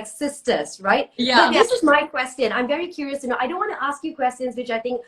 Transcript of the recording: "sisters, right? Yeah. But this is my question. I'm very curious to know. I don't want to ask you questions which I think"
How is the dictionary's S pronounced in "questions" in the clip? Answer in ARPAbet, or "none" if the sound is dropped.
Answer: S